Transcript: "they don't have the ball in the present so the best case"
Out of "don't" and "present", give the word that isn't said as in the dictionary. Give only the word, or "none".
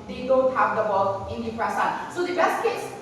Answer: present